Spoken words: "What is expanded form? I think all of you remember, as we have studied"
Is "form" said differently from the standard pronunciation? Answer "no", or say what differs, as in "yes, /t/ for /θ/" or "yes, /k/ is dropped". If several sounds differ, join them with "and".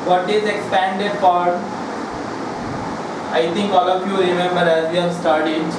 yes, /m/ is dropped